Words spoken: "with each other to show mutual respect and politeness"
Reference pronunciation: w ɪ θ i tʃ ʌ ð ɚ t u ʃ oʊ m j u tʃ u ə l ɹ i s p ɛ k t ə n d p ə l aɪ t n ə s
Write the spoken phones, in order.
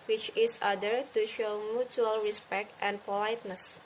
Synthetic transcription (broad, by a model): w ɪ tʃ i s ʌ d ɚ t u ʃ oʊ m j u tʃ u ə l ɹ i s p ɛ k t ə n p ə l aɪ t n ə s